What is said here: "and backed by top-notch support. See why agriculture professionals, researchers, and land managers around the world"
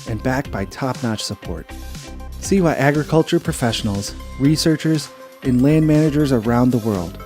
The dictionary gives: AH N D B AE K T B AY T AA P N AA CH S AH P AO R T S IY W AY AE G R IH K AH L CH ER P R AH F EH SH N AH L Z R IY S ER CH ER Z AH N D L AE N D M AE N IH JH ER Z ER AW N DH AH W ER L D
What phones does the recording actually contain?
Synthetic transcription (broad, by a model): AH N B AE K B AY T AA P N AA CH S AH P AO R T S IY W AY AE G R IH K AH L CH ER P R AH F EH SH N L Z R IY S ER CH ER Z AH N L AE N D M AE N IH JH ER Z ER AW N DH AH W ER L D